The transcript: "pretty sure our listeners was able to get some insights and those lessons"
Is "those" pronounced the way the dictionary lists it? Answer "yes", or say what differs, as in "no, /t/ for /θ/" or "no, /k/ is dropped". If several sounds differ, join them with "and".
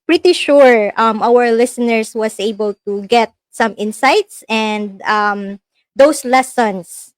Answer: no, /s/ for /z/